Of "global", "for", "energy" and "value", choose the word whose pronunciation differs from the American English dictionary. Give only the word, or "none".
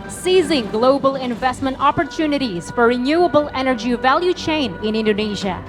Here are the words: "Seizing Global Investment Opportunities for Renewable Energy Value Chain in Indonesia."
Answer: none